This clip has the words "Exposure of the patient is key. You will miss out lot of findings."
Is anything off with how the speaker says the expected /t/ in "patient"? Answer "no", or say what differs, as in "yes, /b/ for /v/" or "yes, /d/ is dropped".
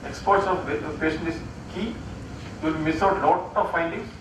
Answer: yes, /t/ is dropped